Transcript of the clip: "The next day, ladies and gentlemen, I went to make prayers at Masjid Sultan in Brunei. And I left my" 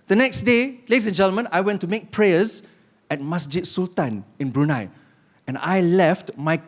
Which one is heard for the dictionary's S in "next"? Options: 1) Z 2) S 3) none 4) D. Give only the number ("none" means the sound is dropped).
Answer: 2